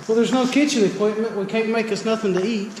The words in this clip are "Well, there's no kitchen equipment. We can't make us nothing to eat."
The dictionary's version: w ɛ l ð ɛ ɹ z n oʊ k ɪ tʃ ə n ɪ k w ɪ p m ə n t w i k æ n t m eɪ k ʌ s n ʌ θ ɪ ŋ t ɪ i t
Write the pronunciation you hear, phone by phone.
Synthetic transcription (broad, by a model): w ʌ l ð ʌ ɹ z n oʊ k ɪ tʃ ə n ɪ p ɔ ɪ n m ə n t w i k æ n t m eɪ k ʌ s n ʌ θ ɪ ŋ t ɪ i t